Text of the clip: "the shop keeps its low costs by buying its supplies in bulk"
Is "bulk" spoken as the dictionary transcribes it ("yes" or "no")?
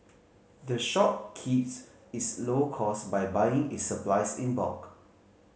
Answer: no